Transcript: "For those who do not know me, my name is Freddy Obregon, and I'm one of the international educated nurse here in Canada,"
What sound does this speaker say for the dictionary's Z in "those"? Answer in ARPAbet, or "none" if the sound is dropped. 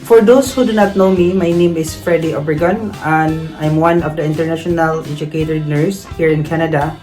S